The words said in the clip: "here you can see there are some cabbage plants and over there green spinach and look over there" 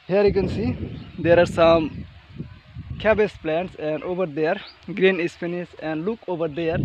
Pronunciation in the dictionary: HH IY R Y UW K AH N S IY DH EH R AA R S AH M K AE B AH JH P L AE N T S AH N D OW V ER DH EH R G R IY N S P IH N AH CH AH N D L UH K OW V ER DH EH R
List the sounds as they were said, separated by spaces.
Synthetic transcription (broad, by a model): HH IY R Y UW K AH N S IY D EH R AA R S AH M K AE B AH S P L AE N T S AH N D OW V ER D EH R G R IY N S F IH N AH S AH N D L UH K OW V ER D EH R